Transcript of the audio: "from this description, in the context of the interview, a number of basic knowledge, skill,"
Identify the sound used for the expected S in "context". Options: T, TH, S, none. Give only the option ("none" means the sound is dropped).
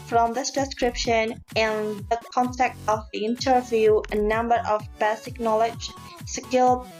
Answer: none